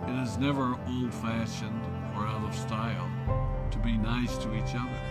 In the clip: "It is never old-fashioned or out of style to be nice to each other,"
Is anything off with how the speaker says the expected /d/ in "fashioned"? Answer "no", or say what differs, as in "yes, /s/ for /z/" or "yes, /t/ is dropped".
no